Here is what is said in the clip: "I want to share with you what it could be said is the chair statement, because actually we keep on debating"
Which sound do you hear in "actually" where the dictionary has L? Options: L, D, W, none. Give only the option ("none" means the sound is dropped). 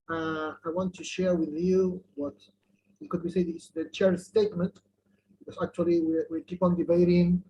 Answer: W